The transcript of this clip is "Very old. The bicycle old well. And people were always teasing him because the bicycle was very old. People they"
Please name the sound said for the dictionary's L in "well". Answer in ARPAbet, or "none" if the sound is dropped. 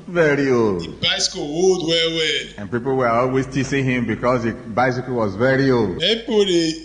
W